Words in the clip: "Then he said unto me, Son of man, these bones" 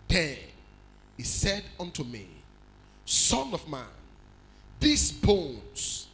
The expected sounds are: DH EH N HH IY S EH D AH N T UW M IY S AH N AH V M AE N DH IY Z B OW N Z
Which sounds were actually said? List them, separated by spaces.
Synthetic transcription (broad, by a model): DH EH N HH IY S EH D AH N T UW M IY S AH N AH V M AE N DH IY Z B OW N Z